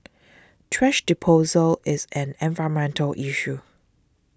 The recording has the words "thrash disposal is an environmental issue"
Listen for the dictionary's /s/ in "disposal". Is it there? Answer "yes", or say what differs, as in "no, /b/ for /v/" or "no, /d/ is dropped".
no, /s/ is dropped